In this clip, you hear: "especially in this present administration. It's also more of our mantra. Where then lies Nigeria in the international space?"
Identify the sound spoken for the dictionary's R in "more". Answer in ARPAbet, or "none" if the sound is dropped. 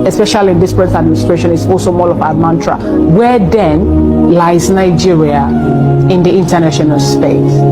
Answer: L